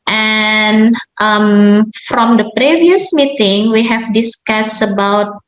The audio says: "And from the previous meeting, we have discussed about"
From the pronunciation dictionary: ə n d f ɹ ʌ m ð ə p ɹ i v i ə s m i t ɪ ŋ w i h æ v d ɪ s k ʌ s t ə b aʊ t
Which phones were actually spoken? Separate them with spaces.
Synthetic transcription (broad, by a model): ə n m f ɹ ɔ m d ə p ɹ i v i ə s m i t ɪ ŋ w i h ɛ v d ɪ s k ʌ s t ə b aʊ t